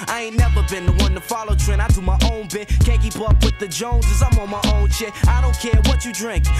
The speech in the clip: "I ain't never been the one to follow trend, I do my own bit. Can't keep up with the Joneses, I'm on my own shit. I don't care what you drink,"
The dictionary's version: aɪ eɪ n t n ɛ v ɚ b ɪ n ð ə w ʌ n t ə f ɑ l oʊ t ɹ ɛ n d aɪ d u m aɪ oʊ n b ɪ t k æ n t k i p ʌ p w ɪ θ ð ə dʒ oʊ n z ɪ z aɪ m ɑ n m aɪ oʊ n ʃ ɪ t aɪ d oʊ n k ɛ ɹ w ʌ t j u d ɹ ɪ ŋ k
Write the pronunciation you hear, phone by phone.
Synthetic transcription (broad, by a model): aɪ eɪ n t n ɛ v ɚ b ɪ n ð ə w ʌ n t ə f ɑ l oʊ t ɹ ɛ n aɪ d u m aɪ oʊ n b ɪ t k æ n k i p ʌ p w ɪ ð ə dʒ oʊ n z ɪ z aɪ m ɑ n m aɪ oʊ n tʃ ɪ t aɪ d oʊ n k ɛ ɹ w ʌ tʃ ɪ d ɹ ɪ ŋ k